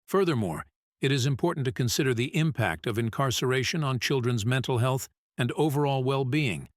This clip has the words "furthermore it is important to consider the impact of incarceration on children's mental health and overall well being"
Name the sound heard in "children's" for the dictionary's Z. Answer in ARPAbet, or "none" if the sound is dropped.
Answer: Z